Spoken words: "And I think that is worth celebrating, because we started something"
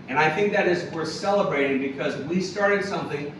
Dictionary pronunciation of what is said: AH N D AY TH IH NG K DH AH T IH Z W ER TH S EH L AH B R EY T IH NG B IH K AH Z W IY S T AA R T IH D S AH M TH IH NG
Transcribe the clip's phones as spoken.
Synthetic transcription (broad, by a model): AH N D AY TH IH NG K DH AH T IH Z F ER S EH L AH B R EY T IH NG B IH K AH Z W IY S T AA R T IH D S AH M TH IH NG